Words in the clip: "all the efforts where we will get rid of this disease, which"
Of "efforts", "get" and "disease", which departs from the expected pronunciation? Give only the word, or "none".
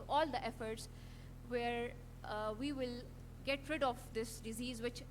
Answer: none